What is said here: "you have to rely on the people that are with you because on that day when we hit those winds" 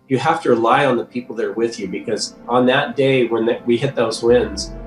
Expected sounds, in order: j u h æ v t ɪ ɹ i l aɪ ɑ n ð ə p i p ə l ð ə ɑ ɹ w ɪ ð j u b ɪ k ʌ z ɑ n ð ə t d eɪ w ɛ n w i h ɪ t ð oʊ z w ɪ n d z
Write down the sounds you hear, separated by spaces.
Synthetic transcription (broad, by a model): j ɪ h æ f t ɪ ɹ i l aɪ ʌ n ð ə p i p l ð ə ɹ w ɪ ð j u b ɪ k ʌ z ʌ n ð ə t d eɪ w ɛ n w i h ɪ t ð oʊ z w ɪ n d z